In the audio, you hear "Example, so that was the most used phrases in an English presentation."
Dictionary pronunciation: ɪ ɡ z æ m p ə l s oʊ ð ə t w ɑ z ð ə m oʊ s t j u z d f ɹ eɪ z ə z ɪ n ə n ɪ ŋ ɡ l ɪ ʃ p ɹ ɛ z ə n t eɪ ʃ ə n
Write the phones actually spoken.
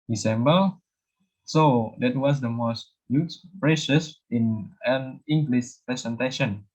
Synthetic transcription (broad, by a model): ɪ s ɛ m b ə s oʊ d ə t w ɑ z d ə m oʊ s t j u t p ɹ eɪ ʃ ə s ɪ n ə n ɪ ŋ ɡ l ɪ s p ɹ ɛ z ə n t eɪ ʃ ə n